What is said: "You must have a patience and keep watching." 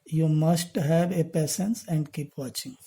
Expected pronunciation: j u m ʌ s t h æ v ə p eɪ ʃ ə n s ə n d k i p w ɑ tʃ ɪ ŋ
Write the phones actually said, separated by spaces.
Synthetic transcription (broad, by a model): j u m ʌ s t h æ v ə p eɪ s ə n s ə n d k i p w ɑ tʃ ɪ ŋ